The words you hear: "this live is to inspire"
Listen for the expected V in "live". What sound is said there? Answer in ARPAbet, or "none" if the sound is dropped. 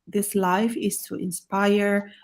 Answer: F